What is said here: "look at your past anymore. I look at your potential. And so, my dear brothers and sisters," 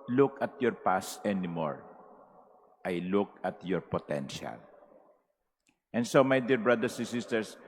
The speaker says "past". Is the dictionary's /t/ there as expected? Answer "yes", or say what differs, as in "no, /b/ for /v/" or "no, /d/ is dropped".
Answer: no, /t/ is dropped